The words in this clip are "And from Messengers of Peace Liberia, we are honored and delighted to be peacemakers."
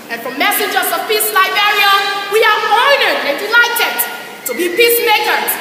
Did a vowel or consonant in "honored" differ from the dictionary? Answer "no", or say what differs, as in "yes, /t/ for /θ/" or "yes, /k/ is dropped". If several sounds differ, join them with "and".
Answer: yes, /n/ is dropped